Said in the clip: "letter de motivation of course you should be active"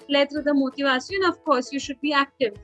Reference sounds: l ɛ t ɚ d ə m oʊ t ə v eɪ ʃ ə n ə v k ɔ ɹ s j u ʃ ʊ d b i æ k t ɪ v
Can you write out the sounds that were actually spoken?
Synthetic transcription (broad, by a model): l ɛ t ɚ d ə m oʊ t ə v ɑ s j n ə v k ɔ ɹ s j u ʃ ʊ d b i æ k t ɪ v